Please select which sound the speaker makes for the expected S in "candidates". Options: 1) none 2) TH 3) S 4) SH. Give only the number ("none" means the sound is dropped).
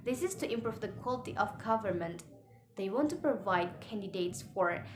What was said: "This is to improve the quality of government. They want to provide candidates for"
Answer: 3